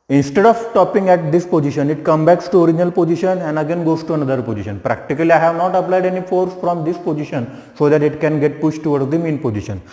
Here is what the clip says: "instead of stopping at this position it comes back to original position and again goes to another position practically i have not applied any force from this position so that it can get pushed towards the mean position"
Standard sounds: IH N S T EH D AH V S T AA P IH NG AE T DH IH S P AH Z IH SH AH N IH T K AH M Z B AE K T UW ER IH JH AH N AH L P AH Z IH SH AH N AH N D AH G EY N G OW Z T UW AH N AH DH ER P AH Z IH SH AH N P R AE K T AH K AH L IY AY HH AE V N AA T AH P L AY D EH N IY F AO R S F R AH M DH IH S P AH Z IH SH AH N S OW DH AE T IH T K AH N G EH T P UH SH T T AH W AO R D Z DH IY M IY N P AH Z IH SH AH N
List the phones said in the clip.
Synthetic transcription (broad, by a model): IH N S T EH D AH V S T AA P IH NG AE T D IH S P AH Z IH SH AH N IH T K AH M B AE K T UW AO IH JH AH N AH L P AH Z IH SH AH N AH N D AH G EY N G OW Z T UW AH N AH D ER P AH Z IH SH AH N P R AE K T AH K AH L IY AY HH AE V N AA T AH P L AY D EH N IY F AO R S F R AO M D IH S P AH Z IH SH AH N S OW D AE T IH T K AH N G EH T P UH SH T T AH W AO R D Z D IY M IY N P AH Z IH SH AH N